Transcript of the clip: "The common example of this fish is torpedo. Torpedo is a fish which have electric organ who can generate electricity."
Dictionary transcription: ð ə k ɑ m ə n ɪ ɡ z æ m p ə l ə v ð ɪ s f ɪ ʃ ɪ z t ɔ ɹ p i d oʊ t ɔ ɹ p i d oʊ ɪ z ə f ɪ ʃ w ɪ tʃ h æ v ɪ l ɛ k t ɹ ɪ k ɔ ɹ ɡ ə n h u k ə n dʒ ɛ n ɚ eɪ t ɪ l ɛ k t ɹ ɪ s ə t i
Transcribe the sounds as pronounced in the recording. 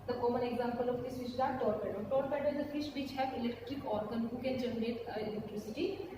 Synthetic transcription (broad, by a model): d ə k ɑ m ə n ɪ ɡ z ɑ m p ə l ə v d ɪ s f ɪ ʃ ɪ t ɔ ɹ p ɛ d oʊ t ɔ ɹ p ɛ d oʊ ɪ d ə f ɪ ʃ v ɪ tʃ h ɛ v ɪ l ɛ k t ɹ ɪ k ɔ ɹ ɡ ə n h u k ə n dʒ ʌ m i eɪ t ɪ l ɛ k t ɹ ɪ s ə t i